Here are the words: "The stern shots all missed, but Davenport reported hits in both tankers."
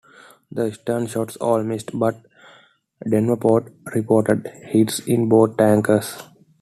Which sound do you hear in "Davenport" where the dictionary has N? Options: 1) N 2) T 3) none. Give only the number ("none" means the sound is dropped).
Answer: 3